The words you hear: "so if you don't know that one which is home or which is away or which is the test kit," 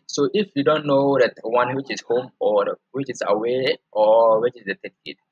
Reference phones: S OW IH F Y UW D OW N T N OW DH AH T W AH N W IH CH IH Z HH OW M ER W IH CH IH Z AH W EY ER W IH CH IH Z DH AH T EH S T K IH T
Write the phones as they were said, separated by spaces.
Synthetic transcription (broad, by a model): S OW IH F Y UW D OW N T N OW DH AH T W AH N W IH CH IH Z HH OW M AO W IH CH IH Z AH W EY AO W IH CH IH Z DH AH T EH T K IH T